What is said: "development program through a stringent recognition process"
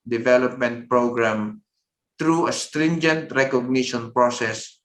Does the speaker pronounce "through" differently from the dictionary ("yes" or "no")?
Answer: yes